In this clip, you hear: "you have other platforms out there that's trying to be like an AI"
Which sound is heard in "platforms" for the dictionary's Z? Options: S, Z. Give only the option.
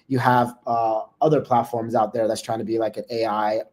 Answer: Z